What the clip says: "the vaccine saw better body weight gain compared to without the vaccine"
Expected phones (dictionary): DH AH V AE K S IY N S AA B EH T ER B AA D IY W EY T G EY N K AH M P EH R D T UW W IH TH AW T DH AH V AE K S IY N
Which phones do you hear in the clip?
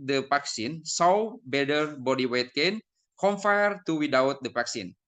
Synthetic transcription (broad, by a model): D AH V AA K S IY N S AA B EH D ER B AA D IY W EY T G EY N K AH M F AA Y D T UW W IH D AW T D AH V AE K S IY N